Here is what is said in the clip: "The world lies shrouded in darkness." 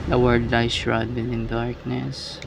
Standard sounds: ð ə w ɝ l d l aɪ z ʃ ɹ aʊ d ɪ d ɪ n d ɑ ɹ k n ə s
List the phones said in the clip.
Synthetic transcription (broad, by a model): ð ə w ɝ d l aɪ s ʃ ɹ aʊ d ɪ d ɪ n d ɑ ɹ k n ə s